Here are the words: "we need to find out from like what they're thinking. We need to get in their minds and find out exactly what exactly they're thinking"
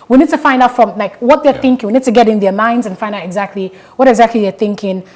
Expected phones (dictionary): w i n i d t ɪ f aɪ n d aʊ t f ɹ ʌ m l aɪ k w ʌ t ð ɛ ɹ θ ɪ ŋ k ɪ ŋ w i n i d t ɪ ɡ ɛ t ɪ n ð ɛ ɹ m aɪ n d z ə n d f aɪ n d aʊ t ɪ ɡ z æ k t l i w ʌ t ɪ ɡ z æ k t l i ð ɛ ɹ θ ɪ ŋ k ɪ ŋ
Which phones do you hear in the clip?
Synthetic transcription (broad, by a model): w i n i d t ɪ f aɪ n d aʊ t f ɹ ʌ m l aɪ k w ʌ t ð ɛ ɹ θ ɪ ŋ k ɪ ŋ w i n i d t ɪ ɡ ɛ t ɪ n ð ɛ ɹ m aɪ n d z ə n f aɪ n d aʊ t ɪ ɡ z æ k t l i w ʌ t ɪ ɡ z æ k t l i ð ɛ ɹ θ ɪ ŋ k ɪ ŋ